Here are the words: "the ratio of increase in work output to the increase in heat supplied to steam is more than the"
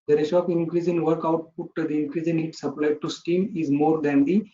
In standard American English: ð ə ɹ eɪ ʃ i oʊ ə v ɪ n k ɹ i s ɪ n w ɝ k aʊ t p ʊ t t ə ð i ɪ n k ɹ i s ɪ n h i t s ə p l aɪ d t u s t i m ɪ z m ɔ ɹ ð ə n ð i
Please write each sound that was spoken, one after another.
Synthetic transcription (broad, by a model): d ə ɹ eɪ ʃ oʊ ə p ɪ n k ɹ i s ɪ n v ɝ k aʊ t p ʊ t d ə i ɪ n k ɹ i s ɪ n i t s ə p l aɪ d t u s t i m ɪ z m ɔ ɹ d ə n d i